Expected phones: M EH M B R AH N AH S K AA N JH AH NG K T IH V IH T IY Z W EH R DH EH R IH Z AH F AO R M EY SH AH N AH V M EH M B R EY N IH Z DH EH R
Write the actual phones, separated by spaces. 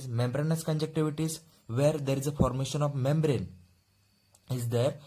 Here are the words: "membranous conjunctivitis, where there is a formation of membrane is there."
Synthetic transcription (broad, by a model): M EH M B R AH N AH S K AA N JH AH K T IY V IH T IY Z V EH R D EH R IH Z AH F AO R M EY SH AH N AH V M EH M B R EY N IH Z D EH R